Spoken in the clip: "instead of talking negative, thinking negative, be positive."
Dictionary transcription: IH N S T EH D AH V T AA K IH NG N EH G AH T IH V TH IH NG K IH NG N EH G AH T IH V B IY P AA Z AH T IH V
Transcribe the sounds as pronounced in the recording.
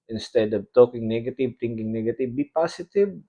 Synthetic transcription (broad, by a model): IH N S T EH D AH V T AA K IH NG N EH G AH T IH V T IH NG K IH NG N EH G AH T IH V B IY P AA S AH T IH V